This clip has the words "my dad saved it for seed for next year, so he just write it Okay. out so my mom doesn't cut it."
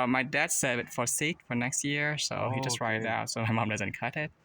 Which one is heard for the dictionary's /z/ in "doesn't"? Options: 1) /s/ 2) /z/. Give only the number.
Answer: 2